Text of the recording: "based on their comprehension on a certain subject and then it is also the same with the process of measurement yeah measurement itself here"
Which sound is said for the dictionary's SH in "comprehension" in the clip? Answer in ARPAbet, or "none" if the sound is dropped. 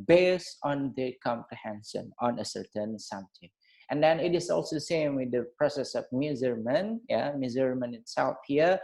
S